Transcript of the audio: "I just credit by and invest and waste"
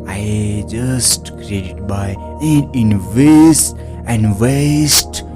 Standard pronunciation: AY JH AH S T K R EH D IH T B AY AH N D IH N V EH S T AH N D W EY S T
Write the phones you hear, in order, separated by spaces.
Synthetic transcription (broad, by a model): AY JH AH S T K R EH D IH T B AY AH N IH N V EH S AH N D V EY S T